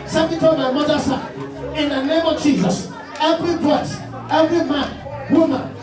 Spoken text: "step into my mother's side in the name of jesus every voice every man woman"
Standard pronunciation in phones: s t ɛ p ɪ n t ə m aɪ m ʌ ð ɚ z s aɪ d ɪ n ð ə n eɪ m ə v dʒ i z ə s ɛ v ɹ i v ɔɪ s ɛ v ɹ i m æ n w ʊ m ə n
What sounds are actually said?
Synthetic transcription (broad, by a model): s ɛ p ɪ t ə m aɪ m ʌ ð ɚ s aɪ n ɪ n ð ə n eɪ m ə v dʒ i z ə s ɛ v ɹ i b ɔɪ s ɛ v ɹ i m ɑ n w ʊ m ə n